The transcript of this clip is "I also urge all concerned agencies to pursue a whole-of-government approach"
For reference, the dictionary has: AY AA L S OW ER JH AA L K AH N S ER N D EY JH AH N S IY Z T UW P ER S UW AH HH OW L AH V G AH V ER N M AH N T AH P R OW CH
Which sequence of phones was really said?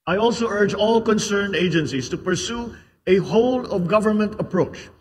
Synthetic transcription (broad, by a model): AY AA L S OW ER JH AA L K AH N S ER N D EY JH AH N S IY S T UW P ER S UW AH HH OW L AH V G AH V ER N M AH N T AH P R OW CH